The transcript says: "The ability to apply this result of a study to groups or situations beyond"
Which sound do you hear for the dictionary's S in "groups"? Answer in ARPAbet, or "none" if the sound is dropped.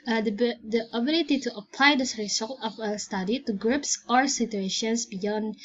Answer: S